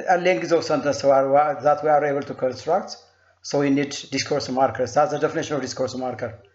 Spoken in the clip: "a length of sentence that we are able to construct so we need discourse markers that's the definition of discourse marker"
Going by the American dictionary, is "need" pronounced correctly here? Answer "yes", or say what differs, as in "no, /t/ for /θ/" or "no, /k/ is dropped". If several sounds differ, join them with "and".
yes